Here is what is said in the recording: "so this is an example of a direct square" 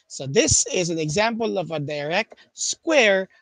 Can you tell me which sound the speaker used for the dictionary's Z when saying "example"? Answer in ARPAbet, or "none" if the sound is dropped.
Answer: Z